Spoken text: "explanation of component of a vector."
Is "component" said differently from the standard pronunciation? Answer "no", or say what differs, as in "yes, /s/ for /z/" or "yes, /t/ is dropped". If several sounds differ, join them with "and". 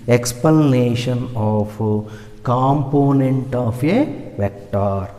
no